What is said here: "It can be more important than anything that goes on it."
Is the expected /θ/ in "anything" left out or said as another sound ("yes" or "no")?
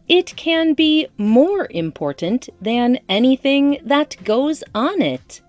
no